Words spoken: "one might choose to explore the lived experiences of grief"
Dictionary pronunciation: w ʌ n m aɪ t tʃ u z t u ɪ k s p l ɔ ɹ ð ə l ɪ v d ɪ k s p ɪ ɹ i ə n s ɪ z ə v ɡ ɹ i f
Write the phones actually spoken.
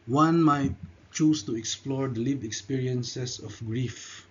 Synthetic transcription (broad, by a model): w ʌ n m aɪ t tʃ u s t u ɪ k s p l ɔ ɹ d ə l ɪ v ɪ k s p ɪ ɹ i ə n s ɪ s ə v ɡ ɹ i f